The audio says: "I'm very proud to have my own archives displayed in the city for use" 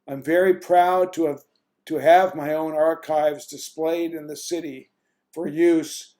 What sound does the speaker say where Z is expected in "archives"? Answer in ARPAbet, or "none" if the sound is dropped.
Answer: Z